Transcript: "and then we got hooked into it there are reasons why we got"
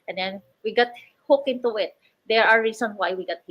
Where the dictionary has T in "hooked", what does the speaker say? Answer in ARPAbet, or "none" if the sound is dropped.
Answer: none